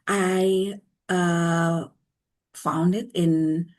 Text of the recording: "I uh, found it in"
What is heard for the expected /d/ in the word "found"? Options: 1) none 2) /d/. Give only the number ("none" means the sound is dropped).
2